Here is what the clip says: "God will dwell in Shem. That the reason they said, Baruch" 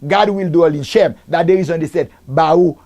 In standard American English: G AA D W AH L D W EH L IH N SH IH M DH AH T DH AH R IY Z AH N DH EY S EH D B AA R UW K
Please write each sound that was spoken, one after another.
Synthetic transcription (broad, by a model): G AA D W AH L D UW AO L IH N SH IH M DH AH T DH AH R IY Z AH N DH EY S EH D B AA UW